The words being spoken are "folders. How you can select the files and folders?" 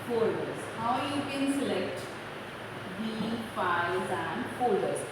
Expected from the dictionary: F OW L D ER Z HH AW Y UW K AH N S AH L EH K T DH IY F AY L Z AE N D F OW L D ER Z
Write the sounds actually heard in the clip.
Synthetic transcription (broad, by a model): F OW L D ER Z HH AW Y UW K AH N S AH L EH K T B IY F AY Z AE N D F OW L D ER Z